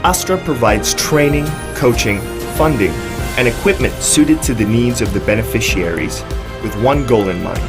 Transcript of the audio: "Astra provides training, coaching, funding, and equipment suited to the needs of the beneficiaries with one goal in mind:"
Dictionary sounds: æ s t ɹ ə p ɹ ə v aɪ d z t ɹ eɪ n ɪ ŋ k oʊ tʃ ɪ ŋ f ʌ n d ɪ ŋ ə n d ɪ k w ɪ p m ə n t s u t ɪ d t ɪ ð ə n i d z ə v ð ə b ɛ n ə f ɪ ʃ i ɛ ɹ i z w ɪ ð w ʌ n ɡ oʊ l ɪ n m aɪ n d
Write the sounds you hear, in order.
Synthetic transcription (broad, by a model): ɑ s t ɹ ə p ɹ ə v aɪ d z t ɹ eɪ n ɪ ŋ k oʊ tʃ ɪ ŋ f ʌ n d ɪ ŋ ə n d ɪ k w ɪ p m ə n t s u t ɪ d t ɪ ð ə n i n z ə v ð ə b ɛ n ə f ɪ ʃ i ɛ ɹ i z w ɪ ð w ʌ n ɡ oʊ l ɪ n m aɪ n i